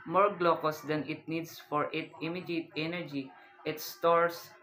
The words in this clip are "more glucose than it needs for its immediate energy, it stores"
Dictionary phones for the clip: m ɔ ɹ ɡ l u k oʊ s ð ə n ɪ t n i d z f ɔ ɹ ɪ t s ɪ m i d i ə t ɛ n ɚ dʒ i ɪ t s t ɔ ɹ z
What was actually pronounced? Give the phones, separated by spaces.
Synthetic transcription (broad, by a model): m ɔ ɹ ɡ l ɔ k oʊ s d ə n ɪ t n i d s f ɔ ɹ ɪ t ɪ m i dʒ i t ɛ n ɚ dʒ i ɪ t s t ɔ ɹ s